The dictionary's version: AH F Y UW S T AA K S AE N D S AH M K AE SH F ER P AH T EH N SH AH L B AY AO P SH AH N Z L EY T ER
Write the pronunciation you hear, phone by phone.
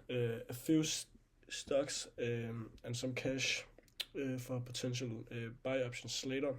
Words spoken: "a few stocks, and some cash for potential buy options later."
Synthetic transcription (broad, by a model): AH F Y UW S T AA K S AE N S AH M K AE SH F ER P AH S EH N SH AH L B AY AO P SH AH N S L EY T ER